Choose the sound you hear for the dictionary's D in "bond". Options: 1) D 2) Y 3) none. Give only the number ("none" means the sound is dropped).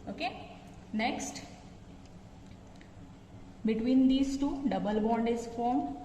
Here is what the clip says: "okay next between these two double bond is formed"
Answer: 1